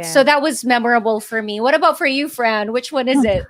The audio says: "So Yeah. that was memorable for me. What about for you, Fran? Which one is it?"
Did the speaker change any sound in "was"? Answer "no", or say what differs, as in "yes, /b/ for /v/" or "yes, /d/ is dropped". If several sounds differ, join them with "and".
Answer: no